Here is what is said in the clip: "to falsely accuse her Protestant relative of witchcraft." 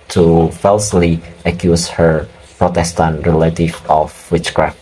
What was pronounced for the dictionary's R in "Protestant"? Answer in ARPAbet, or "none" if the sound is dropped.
R